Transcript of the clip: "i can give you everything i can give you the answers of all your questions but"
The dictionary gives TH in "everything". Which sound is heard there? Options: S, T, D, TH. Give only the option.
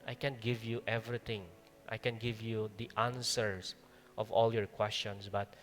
T